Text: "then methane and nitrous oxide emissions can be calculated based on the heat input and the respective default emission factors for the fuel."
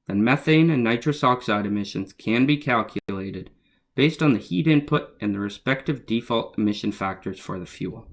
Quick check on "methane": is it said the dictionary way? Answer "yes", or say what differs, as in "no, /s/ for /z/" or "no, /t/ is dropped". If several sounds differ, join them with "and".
yes